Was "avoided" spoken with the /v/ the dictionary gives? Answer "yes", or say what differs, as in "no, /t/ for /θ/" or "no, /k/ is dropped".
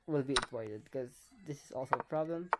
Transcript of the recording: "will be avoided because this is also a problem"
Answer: no, /p/ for /v/